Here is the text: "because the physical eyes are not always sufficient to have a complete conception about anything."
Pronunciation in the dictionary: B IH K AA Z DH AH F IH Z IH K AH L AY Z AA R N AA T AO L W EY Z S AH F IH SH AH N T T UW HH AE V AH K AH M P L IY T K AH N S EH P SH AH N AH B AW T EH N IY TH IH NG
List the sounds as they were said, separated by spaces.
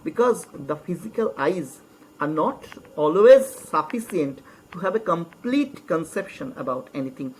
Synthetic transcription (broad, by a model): B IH K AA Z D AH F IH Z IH K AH L AY Z AA R N AA T AO L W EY Z S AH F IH S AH N T T UW HH AE V AH K AH M P L IY T K AH N S EH P SH AH N AH B AW T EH N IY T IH NG